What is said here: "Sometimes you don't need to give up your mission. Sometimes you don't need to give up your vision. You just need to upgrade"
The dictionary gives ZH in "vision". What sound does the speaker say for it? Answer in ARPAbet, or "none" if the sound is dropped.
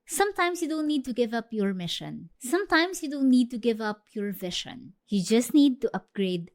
SH